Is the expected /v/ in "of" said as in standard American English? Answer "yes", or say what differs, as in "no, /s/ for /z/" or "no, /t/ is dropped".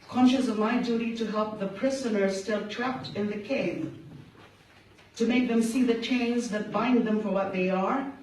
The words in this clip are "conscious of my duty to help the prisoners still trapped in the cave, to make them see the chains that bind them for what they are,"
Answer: yes